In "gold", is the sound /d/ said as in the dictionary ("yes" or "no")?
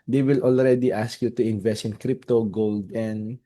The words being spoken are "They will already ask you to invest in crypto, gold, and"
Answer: yes